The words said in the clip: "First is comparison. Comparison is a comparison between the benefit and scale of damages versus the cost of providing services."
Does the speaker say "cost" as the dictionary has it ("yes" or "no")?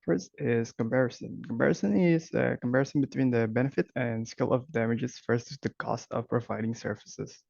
yes